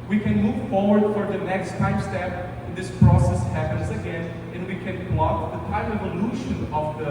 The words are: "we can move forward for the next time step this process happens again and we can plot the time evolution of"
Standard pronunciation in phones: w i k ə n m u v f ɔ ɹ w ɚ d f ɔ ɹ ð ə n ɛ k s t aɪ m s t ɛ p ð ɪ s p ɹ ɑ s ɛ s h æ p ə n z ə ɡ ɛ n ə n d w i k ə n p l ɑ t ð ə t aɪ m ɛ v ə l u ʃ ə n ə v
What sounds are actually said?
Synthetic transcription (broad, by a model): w i k ə n m u v f ɔ ɹ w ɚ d f ɔ ɹ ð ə n ɛ k s t aɪ m s t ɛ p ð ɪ s p ɹ ɑ s ɛ s h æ p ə n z ə ɡ ɛ n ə n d w i k ə n b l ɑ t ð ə t aɪ m ɛ v ə l u ʃ ə n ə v